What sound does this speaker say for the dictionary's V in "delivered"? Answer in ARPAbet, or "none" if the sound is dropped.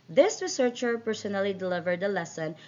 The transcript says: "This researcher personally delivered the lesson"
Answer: V